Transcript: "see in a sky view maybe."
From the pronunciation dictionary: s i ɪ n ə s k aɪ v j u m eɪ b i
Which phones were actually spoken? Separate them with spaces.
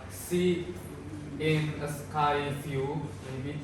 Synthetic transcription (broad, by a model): s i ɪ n ə s k aɪ f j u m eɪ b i